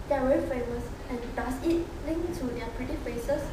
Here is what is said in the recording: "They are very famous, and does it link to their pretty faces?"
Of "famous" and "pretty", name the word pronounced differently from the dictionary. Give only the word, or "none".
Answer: none